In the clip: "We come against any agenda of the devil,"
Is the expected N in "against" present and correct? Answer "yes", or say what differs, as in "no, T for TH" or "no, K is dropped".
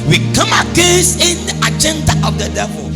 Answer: no, N is dropped